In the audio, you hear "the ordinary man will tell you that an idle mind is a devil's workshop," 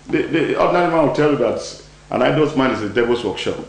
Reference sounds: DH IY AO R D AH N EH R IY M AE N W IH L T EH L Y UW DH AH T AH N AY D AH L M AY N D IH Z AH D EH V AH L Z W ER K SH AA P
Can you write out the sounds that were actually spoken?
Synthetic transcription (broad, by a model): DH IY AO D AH N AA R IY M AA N W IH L T EH L Y UW DH AH T AH N AY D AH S M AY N IH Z AH D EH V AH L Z W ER K SH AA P